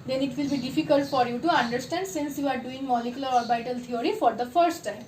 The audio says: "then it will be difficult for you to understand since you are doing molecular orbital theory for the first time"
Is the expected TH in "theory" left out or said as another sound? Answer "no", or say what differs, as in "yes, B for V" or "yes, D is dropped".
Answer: yes, T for TH